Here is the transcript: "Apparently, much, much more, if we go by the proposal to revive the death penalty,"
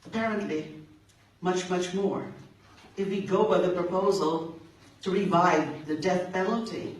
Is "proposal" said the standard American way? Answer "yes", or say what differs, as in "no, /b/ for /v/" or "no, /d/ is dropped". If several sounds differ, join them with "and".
yes